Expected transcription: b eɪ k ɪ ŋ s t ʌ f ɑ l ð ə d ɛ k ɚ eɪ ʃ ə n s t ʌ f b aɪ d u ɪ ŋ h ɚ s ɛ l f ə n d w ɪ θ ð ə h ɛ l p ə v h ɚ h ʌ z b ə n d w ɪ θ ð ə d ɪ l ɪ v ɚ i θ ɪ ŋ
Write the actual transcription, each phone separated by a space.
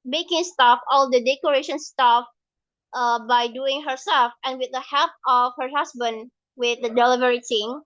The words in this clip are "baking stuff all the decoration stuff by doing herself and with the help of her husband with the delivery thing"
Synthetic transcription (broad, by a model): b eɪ k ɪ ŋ s t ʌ f ɑ l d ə d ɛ k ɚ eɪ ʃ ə n s t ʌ f b aɪ d u ɪ ŋ h ɚ s ɛ l f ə n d w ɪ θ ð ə h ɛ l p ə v h ɚ h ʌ s b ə n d w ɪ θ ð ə d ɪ l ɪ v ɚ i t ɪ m